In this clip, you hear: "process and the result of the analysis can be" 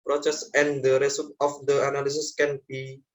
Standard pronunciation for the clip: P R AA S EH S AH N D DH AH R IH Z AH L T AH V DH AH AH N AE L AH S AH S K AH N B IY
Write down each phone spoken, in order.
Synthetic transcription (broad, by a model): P R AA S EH S AH N D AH R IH S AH T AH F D AH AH N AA L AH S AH S K AH N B IY